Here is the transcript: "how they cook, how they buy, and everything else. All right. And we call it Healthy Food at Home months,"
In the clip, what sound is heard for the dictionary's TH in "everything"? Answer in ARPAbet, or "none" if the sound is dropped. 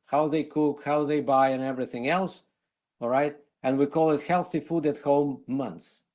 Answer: TH